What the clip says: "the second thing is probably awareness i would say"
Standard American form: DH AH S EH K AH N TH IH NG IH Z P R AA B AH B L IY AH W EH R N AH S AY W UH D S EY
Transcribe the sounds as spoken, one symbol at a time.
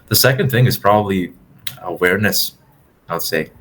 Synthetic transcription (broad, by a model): DH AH S EH K AH N TH IH NG IH Z P R AA B AH B L IY AH W EH R N AH S AY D S EY